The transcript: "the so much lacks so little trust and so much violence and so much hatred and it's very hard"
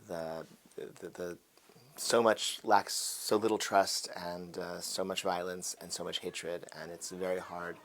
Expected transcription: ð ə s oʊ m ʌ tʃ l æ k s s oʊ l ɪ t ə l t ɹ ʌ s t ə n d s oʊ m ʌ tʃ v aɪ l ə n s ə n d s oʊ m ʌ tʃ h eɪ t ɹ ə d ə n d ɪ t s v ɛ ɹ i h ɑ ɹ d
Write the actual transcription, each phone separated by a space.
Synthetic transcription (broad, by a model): ð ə s oʊ m ʌ tʃ l æ k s s oʊ l ɪ t l t ɹ ʌ s t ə n s oʊ m ʌ tʃ v aɪ l ə n s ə n s oʊ m ʌ tʃ h eɪ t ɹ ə d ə n ɪ t s v ɛ ɹ i h ɑ ɹ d